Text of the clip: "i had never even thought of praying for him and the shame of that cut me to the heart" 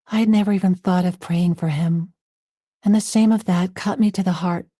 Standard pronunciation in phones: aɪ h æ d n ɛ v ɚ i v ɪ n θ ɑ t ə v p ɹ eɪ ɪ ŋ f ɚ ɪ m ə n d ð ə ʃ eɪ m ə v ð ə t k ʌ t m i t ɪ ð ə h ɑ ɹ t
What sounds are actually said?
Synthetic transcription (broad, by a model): aɪ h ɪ d n ɛ v ɚ i v ɪ n θ ɑ t ə v p ɹ eɪ ɪ ŋ f ɚ ɪ m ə n ð ə s eɪ m ə v ð ə t k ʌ t m i t ɪ ð ə h ɑ ɹ t